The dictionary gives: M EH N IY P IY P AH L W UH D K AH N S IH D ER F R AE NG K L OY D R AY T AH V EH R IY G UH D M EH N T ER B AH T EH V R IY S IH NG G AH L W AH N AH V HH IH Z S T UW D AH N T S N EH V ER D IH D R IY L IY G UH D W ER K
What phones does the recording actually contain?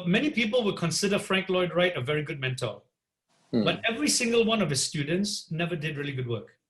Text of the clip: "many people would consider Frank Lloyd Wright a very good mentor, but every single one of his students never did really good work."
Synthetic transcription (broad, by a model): M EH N IY P IY P AH L W UH D K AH N S IH D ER F R AE NG K L OY D R AY T AH V EH R IY G UH D M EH N T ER B AH T EH V R IY S IH NG G AH L W AH N AH V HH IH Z S T UW D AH N T S N EH V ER D IH D R IY L IY G UH D W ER K